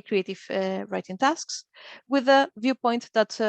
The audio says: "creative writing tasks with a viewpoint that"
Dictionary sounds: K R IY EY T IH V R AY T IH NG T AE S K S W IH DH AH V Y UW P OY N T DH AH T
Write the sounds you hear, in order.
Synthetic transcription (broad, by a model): K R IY EY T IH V R AY T IH NG T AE S K S W IH DH AH V Y UW P OY N T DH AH T